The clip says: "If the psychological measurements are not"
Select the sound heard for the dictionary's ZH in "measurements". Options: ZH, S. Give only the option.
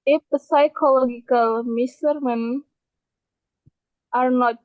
S